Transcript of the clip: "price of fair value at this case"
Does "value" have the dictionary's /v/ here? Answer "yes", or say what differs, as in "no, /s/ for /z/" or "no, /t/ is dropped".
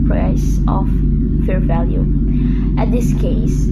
yes